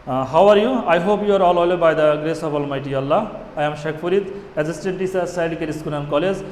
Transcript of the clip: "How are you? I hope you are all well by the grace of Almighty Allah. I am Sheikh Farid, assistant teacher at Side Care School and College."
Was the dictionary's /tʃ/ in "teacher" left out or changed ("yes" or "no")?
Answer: yes